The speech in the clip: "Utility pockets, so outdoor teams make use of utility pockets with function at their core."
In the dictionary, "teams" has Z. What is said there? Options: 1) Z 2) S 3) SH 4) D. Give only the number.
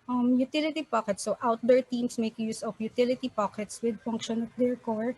2